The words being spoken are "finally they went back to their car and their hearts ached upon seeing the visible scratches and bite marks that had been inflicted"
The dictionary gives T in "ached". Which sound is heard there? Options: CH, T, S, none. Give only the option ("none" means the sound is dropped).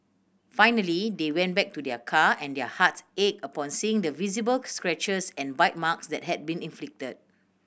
none